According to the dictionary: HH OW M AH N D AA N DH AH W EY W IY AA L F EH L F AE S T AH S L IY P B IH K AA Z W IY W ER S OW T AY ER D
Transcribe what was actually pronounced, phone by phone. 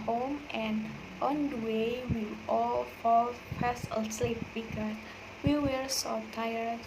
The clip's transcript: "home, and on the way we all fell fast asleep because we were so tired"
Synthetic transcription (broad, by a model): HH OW M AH N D AA N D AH W EY W IY AA L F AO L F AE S AH S L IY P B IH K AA S W IY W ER S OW T AY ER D